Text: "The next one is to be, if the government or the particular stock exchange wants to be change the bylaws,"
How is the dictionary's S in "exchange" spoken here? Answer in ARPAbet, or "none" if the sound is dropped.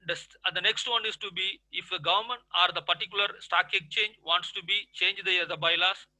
none